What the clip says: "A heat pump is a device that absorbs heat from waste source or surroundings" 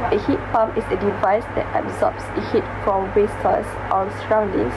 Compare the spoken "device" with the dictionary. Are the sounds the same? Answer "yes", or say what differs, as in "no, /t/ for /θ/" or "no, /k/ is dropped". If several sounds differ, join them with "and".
yes